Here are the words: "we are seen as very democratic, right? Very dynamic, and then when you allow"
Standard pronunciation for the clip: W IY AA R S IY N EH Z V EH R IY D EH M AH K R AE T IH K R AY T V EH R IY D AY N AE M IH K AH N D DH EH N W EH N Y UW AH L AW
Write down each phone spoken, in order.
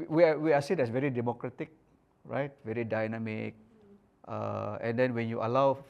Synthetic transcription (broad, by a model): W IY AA W S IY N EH S V EH R IY D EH M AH K R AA T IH K R AY T V EH R IY D AY N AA M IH K AH N D EH N W EH N Y UW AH L AW